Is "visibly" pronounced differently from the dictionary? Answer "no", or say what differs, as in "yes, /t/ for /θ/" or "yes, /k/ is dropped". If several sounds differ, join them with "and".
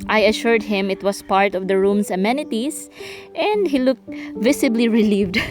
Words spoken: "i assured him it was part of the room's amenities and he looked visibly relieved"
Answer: yes, /s/ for /z/